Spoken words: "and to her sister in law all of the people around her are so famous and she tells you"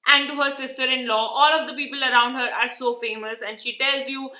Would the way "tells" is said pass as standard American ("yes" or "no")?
yes